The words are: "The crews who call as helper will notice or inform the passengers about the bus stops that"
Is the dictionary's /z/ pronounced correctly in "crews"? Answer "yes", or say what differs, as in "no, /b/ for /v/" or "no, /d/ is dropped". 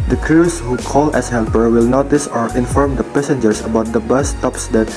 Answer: no, /s/ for /z/